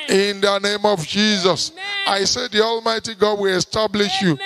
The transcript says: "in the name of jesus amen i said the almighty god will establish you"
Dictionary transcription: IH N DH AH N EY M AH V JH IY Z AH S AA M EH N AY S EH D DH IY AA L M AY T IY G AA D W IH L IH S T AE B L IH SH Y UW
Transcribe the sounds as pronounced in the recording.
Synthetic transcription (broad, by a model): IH N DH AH N EY M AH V JH IY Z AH S AA IH S EH D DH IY AA L M AY T IY G AA D W IH L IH S T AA B L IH SH Y UW